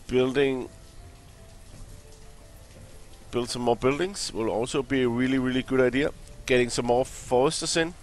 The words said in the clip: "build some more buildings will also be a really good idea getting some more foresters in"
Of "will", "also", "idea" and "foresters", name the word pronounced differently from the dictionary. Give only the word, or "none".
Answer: foresters